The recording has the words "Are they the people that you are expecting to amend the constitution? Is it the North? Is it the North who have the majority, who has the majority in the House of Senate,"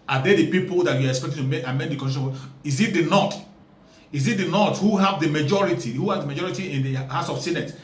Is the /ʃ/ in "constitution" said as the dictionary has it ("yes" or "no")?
no